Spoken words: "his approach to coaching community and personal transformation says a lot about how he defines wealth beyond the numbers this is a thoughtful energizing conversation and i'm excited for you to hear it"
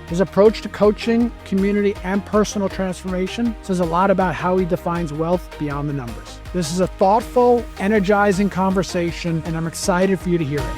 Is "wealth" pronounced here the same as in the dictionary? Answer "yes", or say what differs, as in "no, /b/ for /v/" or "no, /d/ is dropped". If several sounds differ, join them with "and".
yes